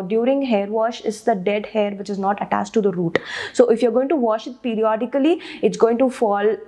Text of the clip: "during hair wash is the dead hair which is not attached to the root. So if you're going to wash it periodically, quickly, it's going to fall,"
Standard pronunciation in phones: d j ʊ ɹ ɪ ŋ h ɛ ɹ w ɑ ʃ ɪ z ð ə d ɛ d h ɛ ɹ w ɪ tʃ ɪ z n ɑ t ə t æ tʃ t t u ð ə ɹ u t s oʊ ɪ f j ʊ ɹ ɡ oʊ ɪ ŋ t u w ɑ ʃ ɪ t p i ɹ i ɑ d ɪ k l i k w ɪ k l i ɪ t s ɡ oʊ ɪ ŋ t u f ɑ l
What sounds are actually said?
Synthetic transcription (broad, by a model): d j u ɹ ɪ ŋ h ɛ ɹ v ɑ ʃ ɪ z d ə d ɛ d h ɛ ɹ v ɪ tʃ ɪ z n ɑ t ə t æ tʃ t t u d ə ɹ u t s oʊ ɪ f j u ɹ ɡ oʊ ɪ ŋ t u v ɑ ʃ ɪ t p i ɹ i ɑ d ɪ k i l i ɪ t s ɡ oʊ ɪ ŋ t u f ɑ l